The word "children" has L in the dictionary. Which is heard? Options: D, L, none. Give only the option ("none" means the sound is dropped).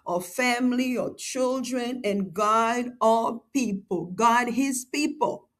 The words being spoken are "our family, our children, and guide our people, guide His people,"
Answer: L